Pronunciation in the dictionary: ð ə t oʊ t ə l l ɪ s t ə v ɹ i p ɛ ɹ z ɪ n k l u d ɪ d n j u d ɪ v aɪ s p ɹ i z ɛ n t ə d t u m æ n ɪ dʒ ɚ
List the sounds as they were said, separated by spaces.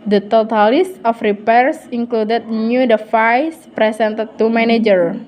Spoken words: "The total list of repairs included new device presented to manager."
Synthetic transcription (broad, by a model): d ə t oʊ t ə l l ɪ s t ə f ɹ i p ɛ ɹ s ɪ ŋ k l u d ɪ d n j u d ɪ f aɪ s p ɹ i s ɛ n t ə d t u m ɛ n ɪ dʒ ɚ